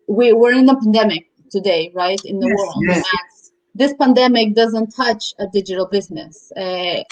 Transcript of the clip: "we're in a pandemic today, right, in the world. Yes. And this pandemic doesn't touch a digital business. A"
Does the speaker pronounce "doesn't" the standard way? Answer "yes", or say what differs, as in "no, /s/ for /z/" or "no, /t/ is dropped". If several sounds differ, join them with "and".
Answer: yes